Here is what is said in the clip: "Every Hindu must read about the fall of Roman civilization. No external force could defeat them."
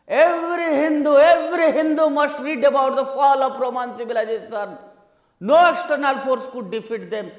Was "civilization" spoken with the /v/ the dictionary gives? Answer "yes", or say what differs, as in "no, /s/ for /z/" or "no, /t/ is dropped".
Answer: no, /b/ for /v/